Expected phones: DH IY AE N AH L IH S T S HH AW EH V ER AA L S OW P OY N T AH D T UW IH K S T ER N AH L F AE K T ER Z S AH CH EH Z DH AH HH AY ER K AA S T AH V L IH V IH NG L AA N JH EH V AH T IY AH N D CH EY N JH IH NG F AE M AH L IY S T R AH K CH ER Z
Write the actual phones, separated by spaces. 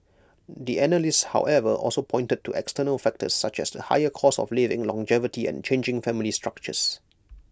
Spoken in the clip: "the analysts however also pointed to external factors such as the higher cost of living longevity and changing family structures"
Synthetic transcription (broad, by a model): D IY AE N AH L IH S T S HH AW EH V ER AA L S OW P OY N T AH D T UW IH K S T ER N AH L F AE K T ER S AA CH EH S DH AH HH AY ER K AA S AH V L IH V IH NG L AA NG JH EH V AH T IY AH N CH EY N JH IH NG F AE M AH L IY S T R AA K CH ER S